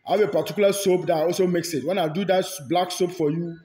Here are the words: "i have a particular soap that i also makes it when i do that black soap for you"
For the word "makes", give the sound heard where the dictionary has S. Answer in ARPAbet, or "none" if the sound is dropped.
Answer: S